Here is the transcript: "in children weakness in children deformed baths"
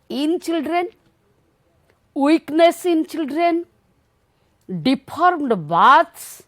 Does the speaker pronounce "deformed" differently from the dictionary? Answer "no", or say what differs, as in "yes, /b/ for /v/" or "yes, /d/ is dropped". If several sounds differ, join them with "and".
yes, /p/ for /f/